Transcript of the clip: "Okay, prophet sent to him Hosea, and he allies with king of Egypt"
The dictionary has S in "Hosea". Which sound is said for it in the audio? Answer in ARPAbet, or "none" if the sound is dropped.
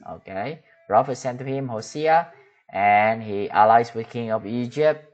S